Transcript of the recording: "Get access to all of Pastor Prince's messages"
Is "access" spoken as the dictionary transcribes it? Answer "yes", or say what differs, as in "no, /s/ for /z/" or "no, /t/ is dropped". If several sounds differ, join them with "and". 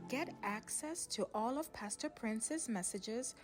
yes